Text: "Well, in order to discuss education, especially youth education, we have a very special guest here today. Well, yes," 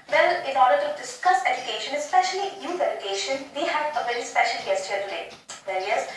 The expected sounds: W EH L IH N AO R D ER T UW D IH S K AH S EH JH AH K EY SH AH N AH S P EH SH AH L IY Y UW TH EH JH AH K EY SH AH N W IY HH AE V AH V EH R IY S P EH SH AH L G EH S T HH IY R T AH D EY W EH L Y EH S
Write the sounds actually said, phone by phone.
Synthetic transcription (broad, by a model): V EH L IH N AO R D ER T UW D IH S K AH S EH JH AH K EY SH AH N AH S P EH SH AH L IY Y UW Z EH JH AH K EY SH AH N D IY HH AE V AH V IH L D S P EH SH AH L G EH S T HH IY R T AH D EY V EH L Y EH S